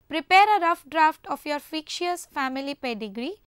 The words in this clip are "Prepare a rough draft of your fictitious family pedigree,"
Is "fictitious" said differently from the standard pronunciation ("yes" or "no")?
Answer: yes